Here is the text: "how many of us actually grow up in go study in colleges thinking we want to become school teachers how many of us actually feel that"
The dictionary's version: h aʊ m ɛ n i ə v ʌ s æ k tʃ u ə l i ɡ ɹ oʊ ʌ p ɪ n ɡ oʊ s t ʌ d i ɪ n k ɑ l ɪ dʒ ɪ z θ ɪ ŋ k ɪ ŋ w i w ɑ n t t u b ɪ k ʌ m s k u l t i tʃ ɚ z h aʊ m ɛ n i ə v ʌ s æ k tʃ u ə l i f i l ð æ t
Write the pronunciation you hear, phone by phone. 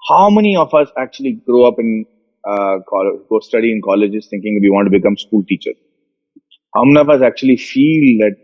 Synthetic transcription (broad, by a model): h aʊ m ɛ n i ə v ʌ s æ k tʃ u ə l i ɡ ɹ oʊ ʌ p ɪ n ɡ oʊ s t ʌ d i ɪ n k ɑ l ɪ dʒ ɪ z t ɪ ŋ k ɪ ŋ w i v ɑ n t t u b ɪ k ʌ m s k u l t i tʃ ɚ h aʊ m ɛ n i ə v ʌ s æ k tʃ u ə l i f i l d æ t